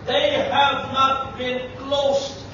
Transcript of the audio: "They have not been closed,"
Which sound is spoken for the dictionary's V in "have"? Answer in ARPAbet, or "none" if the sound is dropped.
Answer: V